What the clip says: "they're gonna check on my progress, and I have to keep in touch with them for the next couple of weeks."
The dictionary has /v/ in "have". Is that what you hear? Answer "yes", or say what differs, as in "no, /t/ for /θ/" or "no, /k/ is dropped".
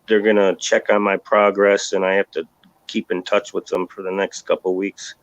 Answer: no, /f/ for /v/